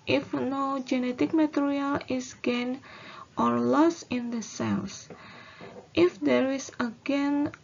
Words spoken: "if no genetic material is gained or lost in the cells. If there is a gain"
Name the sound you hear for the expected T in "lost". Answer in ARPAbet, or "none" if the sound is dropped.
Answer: none